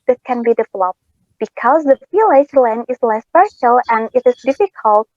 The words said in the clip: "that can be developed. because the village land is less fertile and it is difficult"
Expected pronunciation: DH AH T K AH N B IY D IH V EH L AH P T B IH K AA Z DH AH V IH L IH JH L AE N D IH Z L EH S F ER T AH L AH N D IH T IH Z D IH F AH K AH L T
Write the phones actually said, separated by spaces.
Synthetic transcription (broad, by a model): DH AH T K AH N B IY D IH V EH L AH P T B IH K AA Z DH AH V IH L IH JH L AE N IH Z L EH S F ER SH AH L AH N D IH T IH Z D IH F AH K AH L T